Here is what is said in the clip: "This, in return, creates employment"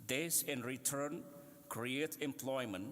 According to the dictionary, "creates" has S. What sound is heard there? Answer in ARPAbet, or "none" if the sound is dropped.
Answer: none